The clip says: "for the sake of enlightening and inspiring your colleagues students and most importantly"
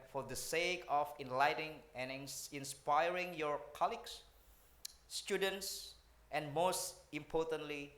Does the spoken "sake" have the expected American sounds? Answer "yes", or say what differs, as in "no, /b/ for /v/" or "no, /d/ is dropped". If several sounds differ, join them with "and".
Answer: yes